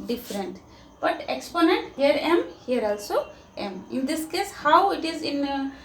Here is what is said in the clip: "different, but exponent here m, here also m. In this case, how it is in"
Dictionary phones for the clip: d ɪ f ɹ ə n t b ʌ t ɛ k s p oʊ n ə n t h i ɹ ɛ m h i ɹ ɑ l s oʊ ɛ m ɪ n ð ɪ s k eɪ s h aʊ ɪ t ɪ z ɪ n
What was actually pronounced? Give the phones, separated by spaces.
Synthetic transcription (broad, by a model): d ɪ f ɹ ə n t b ʌ t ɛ k s p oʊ n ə n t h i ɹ ɛ m h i ɹ ɑ l s oʊ ɛ m ɪ n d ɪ s k eɪ s h aʊ ɪ t ɪ z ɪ n